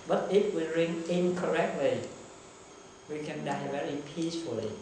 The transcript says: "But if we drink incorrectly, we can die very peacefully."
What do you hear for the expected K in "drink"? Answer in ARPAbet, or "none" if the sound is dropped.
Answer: none